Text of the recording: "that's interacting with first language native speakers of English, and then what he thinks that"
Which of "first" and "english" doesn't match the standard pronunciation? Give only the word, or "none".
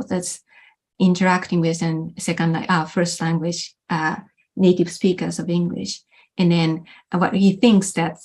none